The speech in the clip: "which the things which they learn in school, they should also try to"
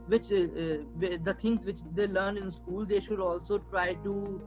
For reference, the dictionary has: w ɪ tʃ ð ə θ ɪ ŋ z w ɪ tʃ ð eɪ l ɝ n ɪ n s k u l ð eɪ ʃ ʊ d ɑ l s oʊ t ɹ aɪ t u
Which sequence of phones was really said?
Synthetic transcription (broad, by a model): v ɪ tʃ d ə t ɪ ŋ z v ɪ tʃ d eɪ l ɝ n ɪ n s k u l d eɪ ʃ ʊ d ɑ l s oʊ t ɹ aɪ t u